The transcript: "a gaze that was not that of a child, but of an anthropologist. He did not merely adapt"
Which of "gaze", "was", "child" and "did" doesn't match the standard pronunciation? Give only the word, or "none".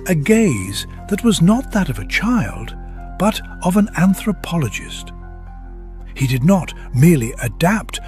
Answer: none